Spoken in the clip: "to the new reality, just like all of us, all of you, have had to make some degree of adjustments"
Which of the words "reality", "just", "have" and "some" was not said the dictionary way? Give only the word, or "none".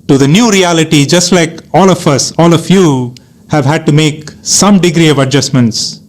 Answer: none